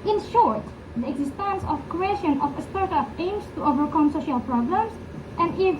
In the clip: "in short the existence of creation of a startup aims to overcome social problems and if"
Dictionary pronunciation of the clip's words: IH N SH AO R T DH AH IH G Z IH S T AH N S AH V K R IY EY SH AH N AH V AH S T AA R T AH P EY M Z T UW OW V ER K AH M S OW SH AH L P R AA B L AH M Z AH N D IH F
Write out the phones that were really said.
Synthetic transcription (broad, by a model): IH N SH AO R T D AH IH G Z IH S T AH N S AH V K R IY EY SH AH N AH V AH S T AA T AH F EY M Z T UW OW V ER K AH M S OW SH AH L P R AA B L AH M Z AH N D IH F